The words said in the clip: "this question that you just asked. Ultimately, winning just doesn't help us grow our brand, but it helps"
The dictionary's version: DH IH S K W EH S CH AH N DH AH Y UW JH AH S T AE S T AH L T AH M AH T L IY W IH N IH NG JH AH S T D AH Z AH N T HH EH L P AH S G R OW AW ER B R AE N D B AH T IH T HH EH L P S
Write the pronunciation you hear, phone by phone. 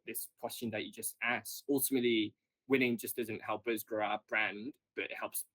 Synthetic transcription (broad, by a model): DH IH S K W EH S CH AH N DH AH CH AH JH AH S T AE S AH L T AH M AH T L IY W IH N IH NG JH AH S D AH Z AH N T HH EH L P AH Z G R OW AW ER B R AE N D B AH T IH T HH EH L P S